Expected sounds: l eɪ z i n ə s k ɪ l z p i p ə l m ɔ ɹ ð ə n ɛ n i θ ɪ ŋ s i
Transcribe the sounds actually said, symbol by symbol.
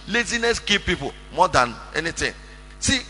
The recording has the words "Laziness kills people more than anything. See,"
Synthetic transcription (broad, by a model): l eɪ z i n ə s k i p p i p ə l m ɔ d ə n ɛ n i t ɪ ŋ s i